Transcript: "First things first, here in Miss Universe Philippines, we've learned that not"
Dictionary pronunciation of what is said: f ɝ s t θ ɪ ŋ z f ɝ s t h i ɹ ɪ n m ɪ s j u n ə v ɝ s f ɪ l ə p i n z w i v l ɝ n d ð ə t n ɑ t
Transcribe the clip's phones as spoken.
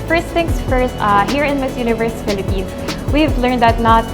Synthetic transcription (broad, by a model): f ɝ s t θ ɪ ŋ s f ɝ s t h i ɹ ɪ n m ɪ s j u n ə v ɝ s f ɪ l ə p i n s w i v l ɝ n d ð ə t n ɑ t